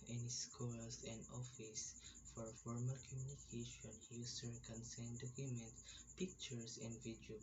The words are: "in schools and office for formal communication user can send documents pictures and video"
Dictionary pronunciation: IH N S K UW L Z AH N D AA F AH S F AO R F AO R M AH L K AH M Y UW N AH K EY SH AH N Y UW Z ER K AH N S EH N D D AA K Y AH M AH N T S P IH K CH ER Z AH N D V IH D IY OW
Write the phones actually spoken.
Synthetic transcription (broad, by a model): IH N S K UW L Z AH N D AA F AH S F AO R F AO R M AH L K AH M Y UW N AH K EY SH AH N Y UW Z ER K AH N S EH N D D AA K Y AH M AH N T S P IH K CH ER S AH N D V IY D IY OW